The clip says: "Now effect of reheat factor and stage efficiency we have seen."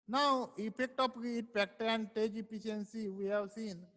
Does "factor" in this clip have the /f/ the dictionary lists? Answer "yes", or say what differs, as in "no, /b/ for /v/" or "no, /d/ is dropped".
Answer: no, /p/ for /f/